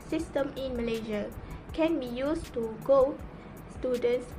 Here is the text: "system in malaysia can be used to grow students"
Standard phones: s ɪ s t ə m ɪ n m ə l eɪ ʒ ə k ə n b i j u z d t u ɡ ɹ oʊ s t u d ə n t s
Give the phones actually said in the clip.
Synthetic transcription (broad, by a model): s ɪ s t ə m ɪ n m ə l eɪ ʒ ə k ə n b i j u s t u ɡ oʊ s t u d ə n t s